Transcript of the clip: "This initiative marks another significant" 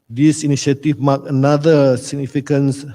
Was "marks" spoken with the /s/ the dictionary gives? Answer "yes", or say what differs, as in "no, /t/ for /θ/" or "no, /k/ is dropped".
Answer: no, /s/ is dropped